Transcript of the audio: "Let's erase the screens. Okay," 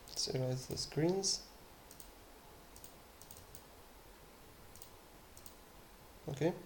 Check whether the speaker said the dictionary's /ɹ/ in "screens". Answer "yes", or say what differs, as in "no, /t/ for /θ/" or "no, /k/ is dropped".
yes